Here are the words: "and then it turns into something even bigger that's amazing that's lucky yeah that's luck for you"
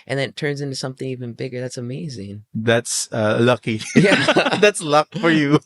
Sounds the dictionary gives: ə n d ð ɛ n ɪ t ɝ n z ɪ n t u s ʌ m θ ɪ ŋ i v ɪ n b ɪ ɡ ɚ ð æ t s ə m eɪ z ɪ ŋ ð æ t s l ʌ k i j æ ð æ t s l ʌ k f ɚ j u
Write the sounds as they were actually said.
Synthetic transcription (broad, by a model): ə n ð ɪ t ɝ n z ɪ n t u s ʌ m θ ɪ ŋ i v ɪ n b ɪ ɡ ɚ ð æ t s ə m eɪ z ɪ ŋ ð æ t s l ʌ k i j æ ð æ t s l ʌ k f ɚ j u